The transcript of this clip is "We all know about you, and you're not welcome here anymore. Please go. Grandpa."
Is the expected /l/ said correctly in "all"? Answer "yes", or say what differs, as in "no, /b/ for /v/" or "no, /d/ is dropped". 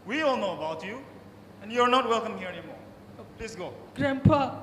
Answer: yes